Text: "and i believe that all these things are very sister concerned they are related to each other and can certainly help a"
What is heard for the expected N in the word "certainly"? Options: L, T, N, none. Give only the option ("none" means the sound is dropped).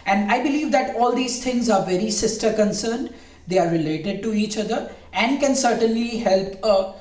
N